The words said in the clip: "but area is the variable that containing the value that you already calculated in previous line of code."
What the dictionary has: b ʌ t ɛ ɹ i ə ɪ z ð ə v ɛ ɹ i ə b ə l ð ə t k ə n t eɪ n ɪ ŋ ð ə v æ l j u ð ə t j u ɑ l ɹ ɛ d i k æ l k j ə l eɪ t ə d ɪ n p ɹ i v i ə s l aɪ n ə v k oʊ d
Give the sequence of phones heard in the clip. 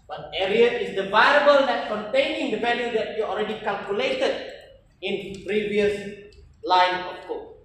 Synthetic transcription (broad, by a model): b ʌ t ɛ ɹ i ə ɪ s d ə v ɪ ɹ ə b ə l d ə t k ə n t eɪ n ɪ ŋ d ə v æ l j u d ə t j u ɑ l ɹ ɛ d i k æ l k j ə l eɪ t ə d ɪ n p ɹ i v i ə s l aɪ n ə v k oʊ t